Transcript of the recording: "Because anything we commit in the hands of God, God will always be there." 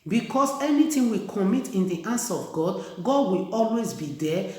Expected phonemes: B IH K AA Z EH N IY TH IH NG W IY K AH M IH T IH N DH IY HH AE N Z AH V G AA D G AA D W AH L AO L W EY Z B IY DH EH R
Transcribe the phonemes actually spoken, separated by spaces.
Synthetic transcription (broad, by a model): B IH K AA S EH N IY T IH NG W IY K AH M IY T IH N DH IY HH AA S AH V G AA D G AA D W AH L AO L W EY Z B IY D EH